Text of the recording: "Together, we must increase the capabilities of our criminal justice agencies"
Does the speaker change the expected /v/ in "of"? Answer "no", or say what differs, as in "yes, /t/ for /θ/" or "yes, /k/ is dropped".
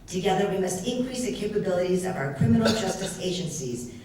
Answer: no